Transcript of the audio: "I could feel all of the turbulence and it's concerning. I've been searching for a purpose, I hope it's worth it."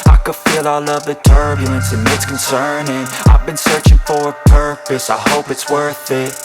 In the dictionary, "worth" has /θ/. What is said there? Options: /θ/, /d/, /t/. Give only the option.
/θ/